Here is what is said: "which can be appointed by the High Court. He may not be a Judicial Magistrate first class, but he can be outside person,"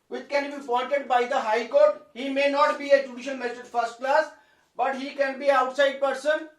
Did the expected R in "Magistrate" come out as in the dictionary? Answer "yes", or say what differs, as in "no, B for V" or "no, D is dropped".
no, R is dropped